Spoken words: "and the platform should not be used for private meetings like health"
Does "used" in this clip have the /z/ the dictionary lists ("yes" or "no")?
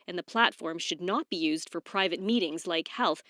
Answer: yes